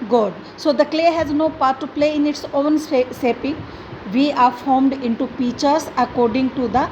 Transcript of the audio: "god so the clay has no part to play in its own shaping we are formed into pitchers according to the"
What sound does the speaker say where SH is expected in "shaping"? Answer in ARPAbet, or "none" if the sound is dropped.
S